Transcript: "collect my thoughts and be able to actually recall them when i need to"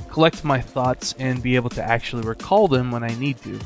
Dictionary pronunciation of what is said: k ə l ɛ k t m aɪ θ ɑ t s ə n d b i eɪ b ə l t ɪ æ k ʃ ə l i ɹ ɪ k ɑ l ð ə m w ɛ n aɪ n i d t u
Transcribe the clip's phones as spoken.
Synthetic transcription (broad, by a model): k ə l ɛ k t m aɪ θ ɑ t s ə n b i eɪ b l t ɪ æ k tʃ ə l i ɹ ɪ k ɑ l ð ə m w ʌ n aɪ n i d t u